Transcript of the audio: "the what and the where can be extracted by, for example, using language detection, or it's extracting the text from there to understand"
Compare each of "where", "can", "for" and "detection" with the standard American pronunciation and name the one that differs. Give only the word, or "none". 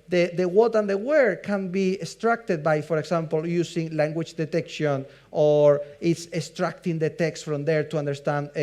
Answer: none